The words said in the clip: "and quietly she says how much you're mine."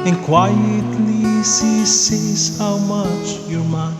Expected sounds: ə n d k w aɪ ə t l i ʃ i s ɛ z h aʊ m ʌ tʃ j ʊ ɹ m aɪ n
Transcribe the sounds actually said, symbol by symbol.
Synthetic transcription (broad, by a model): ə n k w aɪ ə t l i s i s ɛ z h aʊ m ʌ tʃ j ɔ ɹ m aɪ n